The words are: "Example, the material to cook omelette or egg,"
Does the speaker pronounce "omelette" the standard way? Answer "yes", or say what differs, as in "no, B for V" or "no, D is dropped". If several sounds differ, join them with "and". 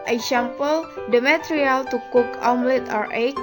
yes